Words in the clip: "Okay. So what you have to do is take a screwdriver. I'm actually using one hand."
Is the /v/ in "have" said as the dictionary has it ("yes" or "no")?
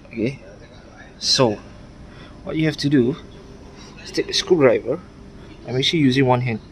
no